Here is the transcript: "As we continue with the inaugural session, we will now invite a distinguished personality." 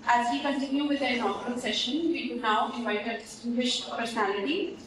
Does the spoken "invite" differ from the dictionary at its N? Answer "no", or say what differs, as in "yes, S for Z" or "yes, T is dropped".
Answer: yes, N is dropped